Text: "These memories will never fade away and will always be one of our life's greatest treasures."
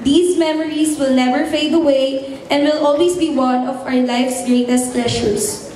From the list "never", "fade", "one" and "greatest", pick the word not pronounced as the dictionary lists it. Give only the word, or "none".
none